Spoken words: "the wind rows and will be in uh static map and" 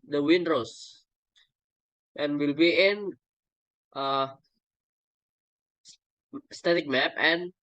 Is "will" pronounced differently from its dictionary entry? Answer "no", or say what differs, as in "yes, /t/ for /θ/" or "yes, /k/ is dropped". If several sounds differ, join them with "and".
no